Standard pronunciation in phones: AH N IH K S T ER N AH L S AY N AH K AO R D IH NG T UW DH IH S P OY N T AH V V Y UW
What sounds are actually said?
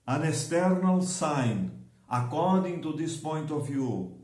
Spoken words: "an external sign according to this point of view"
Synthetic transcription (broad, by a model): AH N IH S T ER N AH L S AY N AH K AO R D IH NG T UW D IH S P OY N T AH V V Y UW